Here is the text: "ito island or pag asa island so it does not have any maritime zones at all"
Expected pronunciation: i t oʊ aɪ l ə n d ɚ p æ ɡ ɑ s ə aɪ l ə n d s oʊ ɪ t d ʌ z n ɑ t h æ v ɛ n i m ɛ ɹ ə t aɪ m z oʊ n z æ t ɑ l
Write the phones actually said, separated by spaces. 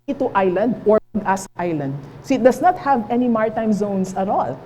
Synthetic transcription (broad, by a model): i t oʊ aɪ l ə n d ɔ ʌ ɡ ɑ s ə aɪ l ə n d s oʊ ɪ t d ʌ s n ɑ t h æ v ɛ n i m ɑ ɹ t aɪ m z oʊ n s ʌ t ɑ l